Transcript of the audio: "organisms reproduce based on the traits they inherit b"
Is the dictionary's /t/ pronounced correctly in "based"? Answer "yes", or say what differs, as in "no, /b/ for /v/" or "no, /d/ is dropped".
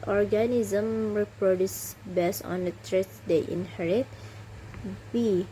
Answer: no, /t/ is dropped